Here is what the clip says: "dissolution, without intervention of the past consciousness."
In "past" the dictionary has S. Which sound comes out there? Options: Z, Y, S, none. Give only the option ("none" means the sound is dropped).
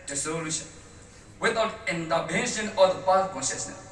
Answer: none